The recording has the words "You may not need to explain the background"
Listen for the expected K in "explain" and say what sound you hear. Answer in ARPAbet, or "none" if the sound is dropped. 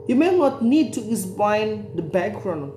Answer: none